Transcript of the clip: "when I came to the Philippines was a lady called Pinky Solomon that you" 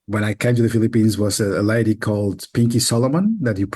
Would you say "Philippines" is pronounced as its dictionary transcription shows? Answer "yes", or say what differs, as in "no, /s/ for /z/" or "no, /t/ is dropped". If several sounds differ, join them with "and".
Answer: yes